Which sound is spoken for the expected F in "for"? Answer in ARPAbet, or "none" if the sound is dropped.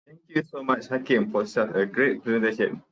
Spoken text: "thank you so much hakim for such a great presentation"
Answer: P